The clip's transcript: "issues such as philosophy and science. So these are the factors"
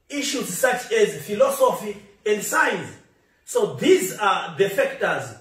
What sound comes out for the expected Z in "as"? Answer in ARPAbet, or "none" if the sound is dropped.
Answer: Z